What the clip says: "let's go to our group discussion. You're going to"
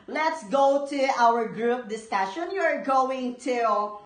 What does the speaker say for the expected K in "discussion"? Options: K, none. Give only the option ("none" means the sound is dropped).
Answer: K